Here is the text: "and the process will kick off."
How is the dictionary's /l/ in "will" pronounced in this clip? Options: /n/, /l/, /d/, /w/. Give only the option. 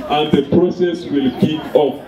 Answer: /l/